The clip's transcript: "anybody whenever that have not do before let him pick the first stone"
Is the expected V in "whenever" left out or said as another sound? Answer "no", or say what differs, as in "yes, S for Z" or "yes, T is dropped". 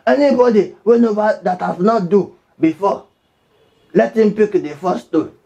yes, B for V